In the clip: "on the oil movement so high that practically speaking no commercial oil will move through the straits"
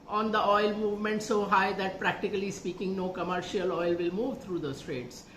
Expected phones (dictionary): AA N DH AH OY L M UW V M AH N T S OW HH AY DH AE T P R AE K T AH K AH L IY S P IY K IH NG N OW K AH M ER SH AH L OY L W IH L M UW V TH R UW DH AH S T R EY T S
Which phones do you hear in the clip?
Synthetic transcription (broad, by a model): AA N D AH OY L M UW V M AH N T S OW HH AY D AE T P R AE K T AH K AH L IY S P IY K IH NG N OW K AH M ER SH AH L OY L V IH L M UW V T R UW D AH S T R EY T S